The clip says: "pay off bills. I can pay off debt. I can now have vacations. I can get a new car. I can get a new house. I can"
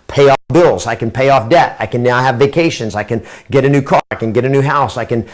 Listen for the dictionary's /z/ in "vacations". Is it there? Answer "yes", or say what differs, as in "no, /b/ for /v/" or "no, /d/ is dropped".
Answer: yes